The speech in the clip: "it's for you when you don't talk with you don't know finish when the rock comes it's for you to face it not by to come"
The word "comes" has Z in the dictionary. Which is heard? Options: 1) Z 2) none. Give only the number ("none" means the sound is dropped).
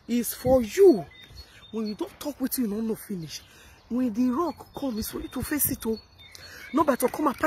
2